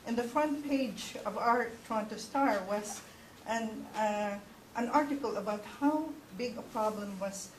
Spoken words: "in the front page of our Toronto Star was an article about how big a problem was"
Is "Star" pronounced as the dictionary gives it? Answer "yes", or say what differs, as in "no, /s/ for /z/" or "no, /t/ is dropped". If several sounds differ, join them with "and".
yes